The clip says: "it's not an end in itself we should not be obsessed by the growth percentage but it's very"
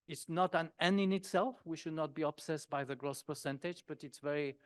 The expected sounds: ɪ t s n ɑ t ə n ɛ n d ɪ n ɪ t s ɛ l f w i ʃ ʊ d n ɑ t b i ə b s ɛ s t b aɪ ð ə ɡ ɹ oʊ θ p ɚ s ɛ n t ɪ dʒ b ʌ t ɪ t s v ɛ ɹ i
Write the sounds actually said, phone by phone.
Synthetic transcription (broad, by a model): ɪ t s n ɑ t ə n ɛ n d ɪ n ɪ t s ɛ l f w i ʃ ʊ d n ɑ t b i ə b s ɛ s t b aɪ ð ə ɡ ɹ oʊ s p ɚ s ɛ n t ɪ dʒ b ʌ t ɪ t s v ɛ ɹ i